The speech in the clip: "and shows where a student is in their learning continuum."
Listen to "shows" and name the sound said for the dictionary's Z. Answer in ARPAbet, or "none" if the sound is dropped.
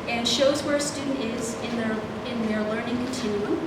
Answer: Z